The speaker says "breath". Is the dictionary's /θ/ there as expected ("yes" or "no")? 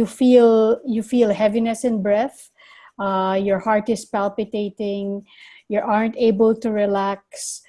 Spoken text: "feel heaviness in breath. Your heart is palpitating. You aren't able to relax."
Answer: yes